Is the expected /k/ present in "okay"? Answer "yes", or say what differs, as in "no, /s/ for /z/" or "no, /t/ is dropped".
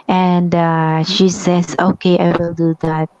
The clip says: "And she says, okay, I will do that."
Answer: yes